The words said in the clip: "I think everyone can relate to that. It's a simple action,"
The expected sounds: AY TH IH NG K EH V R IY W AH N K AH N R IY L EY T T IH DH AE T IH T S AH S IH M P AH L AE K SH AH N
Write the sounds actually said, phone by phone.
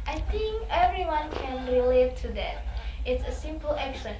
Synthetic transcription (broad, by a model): AY TH IH NG K EH V R IY W AH N K AH N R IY L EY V T IH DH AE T IH T S AH S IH M P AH L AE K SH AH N